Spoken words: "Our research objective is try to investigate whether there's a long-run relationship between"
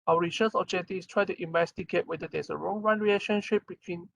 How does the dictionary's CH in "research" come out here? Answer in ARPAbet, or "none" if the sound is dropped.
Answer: S